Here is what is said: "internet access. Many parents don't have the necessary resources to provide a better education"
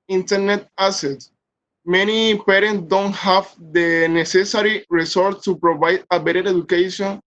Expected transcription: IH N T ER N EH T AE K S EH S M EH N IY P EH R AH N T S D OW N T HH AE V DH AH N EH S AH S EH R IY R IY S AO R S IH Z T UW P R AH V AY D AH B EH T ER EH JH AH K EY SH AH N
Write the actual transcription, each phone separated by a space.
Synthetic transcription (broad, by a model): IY N T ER N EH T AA S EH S M EH N IY P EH R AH N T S D OW N T HH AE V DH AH N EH S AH S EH R IY R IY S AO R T T UW P R AH V AY D AH B EH T ER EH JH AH K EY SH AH N